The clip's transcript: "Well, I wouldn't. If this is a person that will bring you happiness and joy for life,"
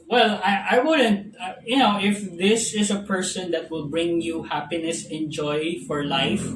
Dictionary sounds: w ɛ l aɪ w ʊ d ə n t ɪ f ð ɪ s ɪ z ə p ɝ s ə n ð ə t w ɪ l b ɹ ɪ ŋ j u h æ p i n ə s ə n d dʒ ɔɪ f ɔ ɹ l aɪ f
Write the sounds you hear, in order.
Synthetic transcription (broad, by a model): w ɛ l aɪ w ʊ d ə n t ɪ f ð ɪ s ɪ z ə p ɝ s ə n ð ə t w ɪ l b ɹ ɪ ŋ j u h æ p i n ə s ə n dʒ ɔɪ f ɔ ɹ l aɪ f